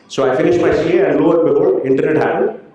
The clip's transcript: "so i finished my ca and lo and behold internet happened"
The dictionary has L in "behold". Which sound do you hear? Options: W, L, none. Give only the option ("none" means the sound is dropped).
none